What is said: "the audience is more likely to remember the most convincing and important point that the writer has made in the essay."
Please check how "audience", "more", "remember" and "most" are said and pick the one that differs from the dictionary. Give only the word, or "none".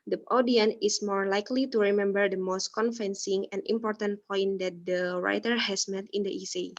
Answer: audience